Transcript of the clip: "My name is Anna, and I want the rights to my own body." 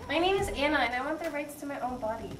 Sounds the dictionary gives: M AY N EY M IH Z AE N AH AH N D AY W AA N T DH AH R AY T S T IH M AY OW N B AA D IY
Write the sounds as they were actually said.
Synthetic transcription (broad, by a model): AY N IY IH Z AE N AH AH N AY W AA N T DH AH R AY T S T IH M AY OW N B AA D IY